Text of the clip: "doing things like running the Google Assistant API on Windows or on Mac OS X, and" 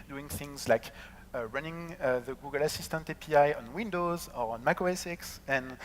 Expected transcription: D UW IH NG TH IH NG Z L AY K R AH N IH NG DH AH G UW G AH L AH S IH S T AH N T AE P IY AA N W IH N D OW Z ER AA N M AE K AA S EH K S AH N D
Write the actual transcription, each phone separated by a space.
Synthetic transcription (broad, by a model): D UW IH NG TH IH NG Z L AY K R AH N IH NG DH AH G UW G AH L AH S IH S T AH N T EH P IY AA N W IH N D OW Z ER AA N M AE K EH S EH K S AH N